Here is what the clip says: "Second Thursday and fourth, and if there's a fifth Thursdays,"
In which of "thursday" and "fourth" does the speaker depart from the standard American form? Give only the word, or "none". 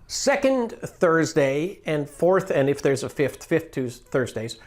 none